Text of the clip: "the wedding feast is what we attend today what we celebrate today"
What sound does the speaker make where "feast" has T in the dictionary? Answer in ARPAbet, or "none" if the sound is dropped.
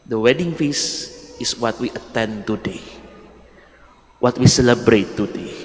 none